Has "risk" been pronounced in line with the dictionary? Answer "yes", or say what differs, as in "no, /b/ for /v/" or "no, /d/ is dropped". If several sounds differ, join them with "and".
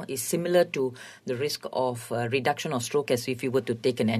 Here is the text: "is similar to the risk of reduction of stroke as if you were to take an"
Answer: yes